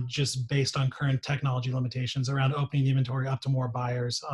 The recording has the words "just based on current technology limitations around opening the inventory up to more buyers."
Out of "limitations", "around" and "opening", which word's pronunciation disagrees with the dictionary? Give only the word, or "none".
none